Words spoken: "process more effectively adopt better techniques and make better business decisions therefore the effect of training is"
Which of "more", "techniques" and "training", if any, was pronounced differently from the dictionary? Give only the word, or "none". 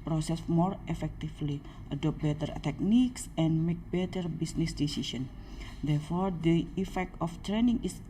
none